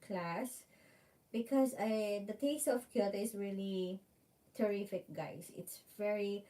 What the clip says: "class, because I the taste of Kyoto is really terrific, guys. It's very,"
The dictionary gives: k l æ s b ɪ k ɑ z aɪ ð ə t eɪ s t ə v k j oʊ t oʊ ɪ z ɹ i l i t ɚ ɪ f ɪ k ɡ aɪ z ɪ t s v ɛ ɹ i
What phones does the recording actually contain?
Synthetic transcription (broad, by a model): k l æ s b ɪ k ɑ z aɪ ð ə t eɪ s t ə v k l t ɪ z ɹ i l i t ɚ ɪ f ɪ k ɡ aɪ s ɪ t s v ɛ ɹ i